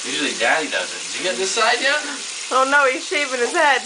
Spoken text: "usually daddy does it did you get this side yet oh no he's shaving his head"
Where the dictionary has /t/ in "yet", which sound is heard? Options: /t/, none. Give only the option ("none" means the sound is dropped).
none